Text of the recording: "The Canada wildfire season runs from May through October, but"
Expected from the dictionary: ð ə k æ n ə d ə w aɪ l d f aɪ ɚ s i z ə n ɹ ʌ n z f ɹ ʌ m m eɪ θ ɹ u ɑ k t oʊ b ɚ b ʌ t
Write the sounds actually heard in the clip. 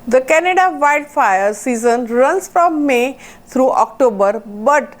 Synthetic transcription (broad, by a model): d ə k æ n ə d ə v aɪ d f aɪ ɚ s i z ə n ɹ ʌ n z f ɹ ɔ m m eɪ t ɹ u ɑ k t oʊ b ɚ b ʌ t